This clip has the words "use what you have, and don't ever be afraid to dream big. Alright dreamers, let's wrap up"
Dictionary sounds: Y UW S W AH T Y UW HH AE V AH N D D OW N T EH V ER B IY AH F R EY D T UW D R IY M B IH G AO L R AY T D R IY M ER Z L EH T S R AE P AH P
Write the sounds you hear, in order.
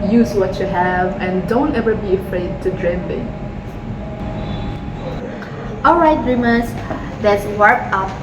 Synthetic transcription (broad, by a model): Y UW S W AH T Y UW HH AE V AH N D D OW N T EH V ER B IY AH F R EY D T UW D R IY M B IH AO L R AY T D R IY M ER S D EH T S W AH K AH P